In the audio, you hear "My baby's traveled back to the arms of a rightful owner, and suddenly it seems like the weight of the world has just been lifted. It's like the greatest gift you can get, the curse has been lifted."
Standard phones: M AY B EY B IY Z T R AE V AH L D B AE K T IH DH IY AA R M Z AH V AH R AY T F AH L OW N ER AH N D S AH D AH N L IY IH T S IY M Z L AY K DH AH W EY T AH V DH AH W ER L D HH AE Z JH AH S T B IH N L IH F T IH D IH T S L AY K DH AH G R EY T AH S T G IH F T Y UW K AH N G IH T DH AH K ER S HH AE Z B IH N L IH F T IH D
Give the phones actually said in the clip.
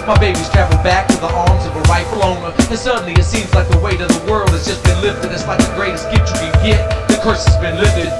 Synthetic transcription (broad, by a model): M AY B EY B IY Z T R AE V L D B AE K T IH DH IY AA R M Z AH V AH R AY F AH L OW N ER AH N S AH D N L IY IH T S IY M Z L AY K DH AH W EY T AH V DH AH W ER L D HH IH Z JH AH S B IH N L IH F T IH D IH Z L AY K DH AH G R EY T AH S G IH T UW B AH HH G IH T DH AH K ER S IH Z B IH N L IH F T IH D